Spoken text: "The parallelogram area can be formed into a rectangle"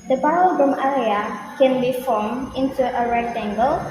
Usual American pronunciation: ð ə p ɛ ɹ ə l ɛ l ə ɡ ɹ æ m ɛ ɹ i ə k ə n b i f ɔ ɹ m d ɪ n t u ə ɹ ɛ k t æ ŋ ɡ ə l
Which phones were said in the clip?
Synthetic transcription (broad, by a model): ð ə b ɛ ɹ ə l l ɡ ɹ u m ɛ ɹ i ə k ə n b i f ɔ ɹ m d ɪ n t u ə ɹ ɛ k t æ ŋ ɡ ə l